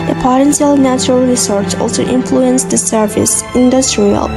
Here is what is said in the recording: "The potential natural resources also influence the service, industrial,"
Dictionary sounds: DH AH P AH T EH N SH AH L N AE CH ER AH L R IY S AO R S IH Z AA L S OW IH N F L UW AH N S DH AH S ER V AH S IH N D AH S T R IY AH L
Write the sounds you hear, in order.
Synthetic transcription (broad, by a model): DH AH P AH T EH N S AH L N AE CH ER AH L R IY S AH R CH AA L S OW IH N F L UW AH N S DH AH S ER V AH S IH N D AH S T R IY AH L